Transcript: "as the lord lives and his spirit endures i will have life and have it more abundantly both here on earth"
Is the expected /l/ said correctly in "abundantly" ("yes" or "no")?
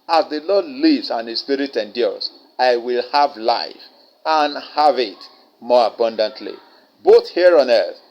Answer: yes